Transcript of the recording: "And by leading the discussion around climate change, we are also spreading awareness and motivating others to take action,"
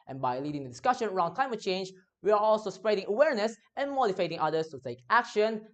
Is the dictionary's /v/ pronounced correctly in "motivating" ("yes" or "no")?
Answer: no